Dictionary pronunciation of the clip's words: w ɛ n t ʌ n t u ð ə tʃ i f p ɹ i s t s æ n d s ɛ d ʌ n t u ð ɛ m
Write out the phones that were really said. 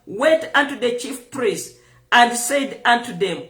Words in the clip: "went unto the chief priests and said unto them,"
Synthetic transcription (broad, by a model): w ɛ n t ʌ n t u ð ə tʃ i f p ɹ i s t æ n d s ɛ d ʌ n t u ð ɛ m